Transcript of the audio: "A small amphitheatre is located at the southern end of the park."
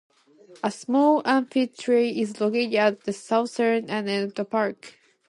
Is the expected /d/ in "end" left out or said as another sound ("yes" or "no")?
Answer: yes